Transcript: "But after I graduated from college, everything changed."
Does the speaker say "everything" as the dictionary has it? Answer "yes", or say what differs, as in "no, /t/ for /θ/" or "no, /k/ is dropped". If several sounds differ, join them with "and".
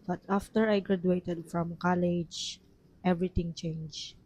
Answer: no, /t/ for /θ/